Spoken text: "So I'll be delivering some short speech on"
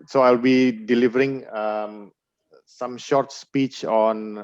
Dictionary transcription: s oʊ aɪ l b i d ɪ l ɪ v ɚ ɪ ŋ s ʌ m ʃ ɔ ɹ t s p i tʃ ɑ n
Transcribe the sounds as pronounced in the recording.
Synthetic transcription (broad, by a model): s oʊ aɪ l b i d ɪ l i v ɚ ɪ ŋ s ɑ m ʃ ɔ ɹ t s p i tʃ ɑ n